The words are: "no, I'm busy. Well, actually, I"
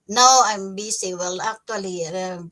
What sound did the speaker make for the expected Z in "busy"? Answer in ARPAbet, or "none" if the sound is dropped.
S